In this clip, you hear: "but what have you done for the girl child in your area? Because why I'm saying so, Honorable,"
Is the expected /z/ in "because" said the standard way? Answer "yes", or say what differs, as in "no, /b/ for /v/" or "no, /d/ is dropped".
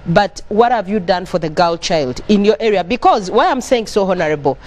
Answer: yes